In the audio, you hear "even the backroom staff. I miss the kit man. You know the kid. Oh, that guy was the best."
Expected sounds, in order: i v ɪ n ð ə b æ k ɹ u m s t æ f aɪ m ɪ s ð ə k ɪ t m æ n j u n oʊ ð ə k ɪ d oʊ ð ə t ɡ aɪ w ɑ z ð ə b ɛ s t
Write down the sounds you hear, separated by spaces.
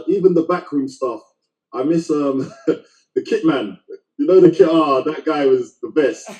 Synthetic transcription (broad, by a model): i v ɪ n ð ə b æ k ɹ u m s t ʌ f aɪ m ɪ s ð ə k ɪ t m æ n j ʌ n oʊ ð ə k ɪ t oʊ ð ə t ɡ aɪ w ɑ z ð ə b ɛ s t